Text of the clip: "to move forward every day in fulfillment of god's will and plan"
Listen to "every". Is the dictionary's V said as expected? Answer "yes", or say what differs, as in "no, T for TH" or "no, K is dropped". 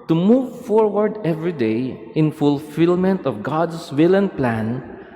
yes